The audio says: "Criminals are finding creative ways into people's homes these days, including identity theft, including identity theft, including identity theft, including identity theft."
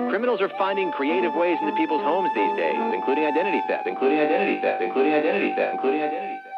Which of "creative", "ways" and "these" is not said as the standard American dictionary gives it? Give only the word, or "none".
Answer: none